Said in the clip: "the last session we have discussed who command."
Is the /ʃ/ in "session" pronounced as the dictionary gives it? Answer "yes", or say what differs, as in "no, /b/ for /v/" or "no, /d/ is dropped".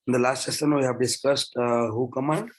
no, /s/ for /ʃ/